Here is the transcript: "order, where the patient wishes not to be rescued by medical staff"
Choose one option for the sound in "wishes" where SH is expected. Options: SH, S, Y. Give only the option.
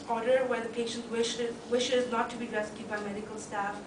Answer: SH